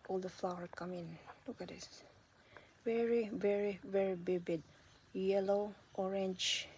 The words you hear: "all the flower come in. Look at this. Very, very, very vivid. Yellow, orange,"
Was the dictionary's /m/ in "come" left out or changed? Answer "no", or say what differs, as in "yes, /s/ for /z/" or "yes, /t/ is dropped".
no